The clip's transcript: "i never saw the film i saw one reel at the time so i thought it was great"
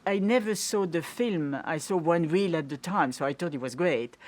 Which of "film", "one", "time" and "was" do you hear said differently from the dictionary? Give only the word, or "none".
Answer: none